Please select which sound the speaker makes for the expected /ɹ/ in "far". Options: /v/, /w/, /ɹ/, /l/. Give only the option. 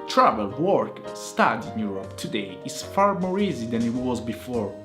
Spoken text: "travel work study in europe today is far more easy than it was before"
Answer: /ɹ/